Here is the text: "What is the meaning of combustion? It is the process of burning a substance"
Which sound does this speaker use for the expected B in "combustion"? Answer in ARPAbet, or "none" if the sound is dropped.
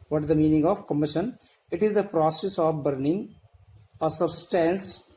none